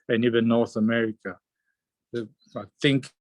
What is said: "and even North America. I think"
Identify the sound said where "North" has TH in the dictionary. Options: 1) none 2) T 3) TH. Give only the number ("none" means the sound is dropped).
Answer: 3